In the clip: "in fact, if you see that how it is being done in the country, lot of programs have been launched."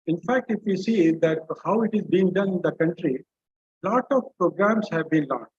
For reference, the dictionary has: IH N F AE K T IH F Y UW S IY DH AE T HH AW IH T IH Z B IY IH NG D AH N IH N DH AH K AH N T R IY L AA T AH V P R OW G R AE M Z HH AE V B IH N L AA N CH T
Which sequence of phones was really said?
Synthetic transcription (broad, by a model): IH N F AE K T IH F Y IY S IY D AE T HH AW IH T IH Z B IY IH NG D AH N IH N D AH K AH N T R IY L AA T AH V P R OW G R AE M S HH AE V B IH N L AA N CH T